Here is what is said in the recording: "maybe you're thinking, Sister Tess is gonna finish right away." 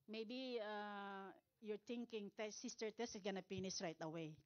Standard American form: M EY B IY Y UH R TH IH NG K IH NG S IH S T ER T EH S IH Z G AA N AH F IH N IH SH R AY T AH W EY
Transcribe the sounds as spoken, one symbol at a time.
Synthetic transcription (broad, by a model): M EY B IY Y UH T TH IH NG K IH NG S IH S T ER T EH S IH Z G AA N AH P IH N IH S R AY T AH W EY